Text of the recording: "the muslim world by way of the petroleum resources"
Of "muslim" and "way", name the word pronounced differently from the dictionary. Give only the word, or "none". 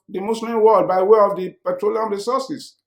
muslim